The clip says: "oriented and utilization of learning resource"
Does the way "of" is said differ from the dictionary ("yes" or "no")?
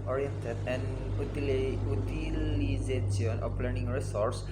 yes